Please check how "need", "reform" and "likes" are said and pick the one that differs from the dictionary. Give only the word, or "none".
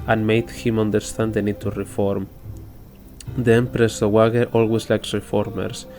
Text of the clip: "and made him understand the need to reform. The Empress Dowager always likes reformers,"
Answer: none